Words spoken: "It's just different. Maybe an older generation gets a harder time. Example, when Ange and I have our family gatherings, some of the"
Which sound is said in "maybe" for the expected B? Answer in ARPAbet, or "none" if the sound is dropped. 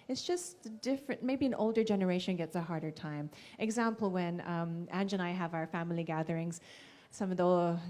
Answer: B